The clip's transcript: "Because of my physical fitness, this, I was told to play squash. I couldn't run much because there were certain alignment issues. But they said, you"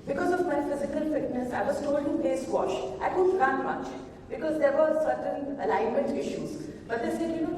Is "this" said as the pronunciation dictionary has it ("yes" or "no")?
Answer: no